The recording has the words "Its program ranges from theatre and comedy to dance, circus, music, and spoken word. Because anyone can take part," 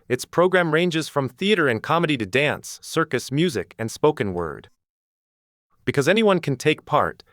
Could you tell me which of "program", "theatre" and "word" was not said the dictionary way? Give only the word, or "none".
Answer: none